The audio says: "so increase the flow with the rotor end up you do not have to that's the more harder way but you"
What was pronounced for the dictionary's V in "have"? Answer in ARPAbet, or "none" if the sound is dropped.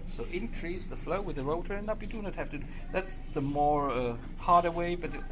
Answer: F